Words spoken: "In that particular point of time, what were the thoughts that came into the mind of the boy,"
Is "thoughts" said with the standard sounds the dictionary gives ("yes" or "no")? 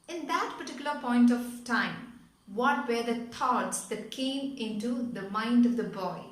no